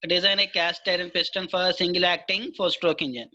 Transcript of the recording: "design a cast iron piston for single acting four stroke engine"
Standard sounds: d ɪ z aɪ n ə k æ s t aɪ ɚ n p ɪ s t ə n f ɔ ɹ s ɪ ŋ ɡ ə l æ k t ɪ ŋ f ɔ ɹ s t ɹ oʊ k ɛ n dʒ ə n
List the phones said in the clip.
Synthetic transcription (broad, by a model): d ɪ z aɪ n ə k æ s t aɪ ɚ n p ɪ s t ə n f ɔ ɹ s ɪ ŋ ɡ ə l æ k t ɪ ŋ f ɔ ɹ s t ɹ oʊ k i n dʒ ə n